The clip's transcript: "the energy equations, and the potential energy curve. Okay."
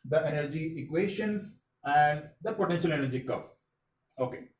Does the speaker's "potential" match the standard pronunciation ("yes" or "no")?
yes